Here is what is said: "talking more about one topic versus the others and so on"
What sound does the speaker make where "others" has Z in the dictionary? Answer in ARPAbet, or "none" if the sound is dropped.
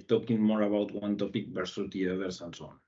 S